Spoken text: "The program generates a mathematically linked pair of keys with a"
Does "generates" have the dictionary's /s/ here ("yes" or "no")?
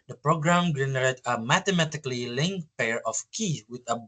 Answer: no